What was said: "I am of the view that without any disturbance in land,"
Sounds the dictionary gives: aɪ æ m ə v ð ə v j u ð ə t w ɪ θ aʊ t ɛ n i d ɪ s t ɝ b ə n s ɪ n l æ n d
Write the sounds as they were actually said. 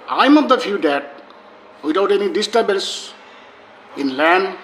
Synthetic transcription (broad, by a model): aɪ m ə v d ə f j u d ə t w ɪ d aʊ t ɛ n i d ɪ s t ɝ b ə l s ɪ n l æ n d